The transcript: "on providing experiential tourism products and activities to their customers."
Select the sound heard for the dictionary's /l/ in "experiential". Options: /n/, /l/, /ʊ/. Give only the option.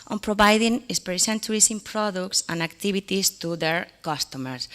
/n/